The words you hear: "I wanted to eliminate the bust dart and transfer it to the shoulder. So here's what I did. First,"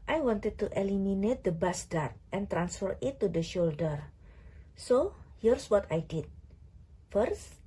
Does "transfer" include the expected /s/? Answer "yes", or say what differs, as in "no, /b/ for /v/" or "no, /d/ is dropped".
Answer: yes